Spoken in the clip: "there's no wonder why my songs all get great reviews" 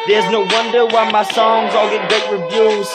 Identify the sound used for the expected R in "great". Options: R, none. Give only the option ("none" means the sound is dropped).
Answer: none